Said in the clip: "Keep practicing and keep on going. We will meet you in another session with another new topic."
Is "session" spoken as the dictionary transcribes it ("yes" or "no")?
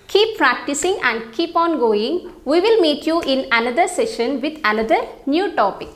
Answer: yes